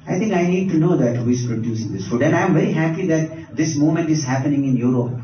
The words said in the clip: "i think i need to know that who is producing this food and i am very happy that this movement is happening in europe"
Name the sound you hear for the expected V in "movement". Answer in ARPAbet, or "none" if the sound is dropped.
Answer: none